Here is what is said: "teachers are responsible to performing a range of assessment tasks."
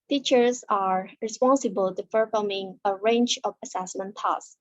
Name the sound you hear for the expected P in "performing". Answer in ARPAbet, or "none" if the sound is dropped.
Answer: F